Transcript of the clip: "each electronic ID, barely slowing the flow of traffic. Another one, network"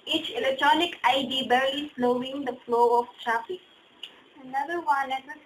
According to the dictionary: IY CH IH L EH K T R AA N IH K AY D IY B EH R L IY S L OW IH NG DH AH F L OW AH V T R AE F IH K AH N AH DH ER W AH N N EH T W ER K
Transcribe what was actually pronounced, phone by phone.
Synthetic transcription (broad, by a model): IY CH IH L EH K T R AA N IH K AY D IY B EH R IY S L OW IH NG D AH F L OW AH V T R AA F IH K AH N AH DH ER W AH N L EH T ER